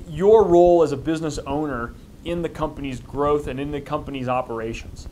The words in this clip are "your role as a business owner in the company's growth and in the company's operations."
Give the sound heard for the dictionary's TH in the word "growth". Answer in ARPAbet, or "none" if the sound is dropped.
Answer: TH